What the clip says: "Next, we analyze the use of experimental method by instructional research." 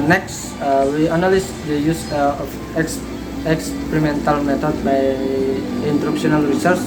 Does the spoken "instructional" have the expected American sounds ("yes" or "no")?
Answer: no